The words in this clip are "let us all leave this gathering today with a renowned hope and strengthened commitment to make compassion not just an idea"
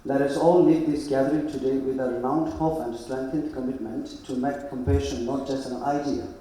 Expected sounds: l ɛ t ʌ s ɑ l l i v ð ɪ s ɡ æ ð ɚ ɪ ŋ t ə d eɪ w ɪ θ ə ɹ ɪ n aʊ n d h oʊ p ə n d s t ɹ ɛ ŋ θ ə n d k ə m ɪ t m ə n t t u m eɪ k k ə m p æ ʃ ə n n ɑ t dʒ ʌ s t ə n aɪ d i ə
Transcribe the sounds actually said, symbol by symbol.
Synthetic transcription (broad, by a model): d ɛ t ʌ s ɑ l n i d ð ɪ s ɡ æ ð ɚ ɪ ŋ t ə d eɪ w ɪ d ə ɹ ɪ ʊ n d h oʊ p ə n d s t ɹ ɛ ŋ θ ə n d k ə m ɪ t m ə n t t u m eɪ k k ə m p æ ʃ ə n n ɑ t dʒ ʌ s t ə n aɪ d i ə